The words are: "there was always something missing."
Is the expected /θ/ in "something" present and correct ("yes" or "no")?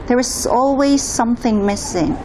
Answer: yes